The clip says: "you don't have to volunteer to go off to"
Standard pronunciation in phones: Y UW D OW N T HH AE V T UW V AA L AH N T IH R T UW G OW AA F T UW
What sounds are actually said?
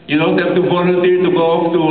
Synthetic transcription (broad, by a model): Y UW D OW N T HH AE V T UW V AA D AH T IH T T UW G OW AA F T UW